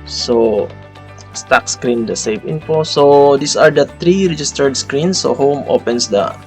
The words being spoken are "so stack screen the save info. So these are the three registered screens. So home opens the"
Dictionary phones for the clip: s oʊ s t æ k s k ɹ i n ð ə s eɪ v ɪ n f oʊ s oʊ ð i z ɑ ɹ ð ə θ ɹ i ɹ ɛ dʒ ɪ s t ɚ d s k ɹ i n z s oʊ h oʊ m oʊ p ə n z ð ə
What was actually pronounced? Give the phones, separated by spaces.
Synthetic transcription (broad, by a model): s oʊ s t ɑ k s k ɹ i n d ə s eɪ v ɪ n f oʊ s oʊ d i s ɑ ɹ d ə t ɹ i ɹ ɛ dʒ ɪ s t ɚ d s k ɹ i n s oʊ h oʊ m oʊ p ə n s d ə